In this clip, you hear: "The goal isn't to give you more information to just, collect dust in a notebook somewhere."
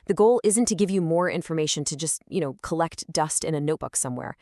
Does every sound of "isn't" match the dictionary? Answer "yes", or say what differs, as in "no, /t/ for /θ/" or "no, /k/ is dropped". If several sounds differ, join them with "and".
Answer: yes